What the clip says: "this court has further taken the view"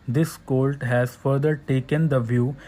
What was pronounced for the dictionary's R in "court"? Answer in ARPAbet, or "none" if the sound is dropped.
L